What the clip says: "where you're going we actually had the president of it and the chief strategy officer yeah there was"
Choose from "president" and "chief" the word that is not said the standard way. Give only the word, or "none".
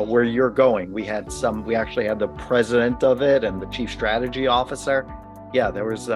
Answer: none